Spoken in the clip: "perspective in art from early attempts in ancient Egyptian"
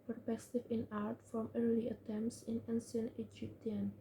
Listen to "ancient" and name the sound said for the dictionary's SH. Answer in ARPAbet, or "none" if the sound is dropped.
S